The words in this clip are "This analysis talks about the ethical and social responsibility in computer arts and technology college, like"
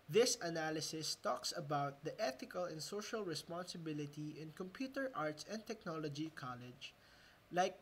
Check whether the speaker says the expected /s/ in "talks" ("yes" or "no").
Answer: yes